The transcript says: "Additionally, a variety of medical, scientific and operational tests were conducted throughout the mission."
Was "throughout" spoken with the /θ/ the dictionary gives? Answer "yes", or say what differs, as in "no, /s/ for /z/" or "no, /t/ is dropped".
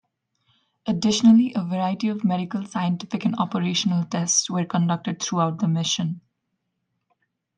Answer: no, /t/ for /θ/